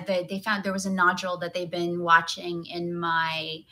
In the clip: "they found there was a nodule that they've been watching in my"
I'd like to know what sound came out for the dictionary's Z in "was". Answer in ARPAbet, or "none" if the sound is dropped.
Z